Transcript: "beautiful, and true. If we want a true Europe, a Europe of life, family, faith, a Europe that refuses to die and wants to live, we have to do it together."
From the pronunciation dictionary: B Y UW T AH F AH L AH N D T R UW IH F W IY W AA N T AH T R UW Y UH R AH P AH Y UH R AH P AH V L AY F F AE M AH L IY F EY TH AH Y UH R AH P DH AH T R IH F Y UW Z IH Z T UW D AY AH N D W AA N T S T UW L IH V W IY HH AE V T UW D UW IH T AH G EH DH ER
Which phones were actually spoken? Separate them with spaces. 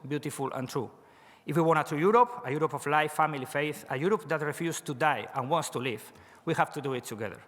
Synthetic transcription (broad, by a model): B Y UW T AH F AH L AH N T R UW IH F W IY W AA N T AH T R UW Y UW R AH P AH Y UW R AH P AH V L AY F F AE M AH L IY F EY TH AH Y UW R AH P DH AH T R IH F Y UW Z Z T UW D AY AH N W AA N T S T UW L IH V W IY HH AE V T UW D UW IH T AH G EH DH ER